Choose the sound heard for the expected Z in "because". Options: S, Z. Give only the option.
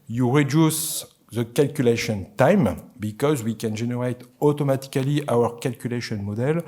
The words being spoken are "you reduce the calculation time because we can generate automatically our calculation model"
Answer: Z